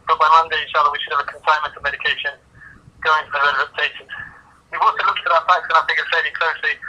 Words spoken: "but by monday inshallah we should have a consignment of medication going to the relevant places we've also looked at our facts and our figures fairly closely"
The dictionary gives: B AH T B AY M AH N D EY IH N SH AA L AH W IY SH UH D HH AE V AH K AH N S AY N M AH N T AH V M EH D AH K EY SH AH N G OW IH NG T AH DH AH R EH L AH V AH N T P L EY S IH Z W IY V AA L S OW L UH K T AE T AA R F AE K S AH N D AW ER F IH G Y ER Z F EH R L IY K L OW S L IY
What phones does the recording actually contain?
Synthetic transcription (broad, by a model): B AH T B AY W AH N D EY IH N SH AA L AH W IY SH UH D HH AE V AH K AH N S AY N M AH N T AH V M EH D AH K EY SH AH N G OW IH NG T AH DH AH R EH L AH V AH T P EY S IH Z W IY W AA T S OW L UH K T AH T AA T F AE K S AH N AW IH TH IH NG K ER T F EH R IY K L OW S L IY